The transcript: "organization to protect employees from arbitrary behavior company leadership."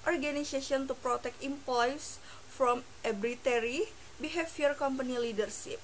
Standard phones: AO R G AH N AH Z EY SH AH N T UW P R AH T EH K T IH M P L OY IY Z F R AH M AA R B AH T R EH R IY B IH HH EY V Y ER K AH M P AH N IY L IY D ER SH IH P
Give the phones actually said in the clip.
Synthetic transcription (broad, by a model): AO R G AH N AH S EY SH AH N T UW P R AH T EH K T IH M P L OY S F R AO M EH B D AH T EH R IY B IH HH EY F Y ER K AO M P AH N IY L IY D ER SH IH P